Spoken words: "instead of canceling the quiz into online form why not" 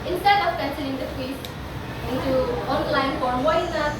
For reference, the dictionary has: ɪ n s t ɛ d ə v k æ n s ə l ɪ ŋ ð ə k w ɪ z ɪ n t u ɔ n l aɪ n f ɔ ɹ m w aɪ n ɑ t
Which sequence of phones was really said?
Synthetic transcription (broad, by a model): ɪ n s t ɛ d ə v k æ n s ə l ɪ ŋ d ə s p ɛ s ɪ n t u ɔ n l aɪ n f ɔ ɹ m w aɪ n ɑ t